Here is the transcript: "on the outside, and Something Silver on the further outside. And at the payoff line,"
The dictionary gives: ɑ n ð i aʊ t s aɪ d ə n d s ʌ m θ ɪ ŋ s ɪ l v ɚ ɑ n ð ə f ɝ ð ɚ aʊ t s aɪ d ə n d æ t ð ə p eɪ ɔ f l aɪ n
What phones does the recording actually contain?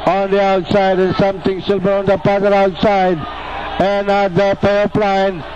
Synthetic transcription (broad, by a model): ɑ n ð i aʊ t s aɪ d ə n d s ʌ m t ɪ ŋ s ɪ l b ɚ ɑ n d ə p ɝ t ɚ aʊ t s aɪ d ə n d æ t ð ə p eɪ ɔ p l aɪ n